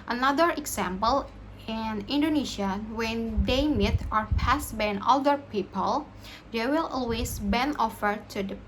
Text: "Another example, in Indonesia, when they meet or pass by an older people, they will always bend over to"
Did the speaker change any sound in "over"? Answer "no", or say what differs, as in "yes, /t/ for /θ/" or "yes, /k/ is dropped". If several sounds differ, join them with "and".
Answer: yes, /f/ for /v/